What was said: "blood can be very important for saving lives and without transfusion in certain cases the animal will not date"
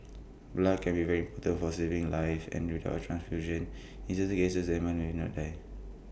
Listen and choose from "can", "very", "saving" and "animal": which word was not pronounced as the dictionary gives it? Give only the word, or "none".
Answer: animal